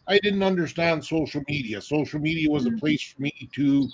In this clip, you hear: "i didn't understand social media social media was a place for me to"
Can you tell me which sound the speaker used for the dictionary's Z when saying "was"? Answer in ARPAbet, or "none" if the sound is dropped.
Z